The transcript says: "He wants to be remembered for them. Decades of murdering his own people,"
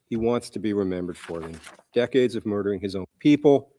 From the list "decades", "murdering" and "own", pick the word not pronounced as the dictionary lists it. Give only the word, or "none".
none